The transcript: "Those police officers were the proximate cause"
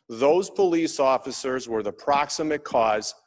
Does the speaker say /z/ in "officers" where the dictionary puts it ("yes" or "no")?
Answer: yes